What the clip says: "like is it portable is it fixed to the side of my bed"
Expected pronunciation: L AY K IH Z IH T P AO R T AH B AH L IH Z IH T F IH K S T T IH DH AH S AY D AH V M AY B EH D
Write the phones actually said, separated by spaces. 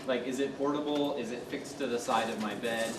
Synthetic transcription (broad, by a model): L AY K IH Z IH T P AO R T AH B L IH Z IH T F IH K S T T IH DH AH S AY D AH V M AY B EH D